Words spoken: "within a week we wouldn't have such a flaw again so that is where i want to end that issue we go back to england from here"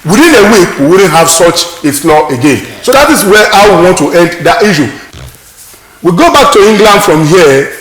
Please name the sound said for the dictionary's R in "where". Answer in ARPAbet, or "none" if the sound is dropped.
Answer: W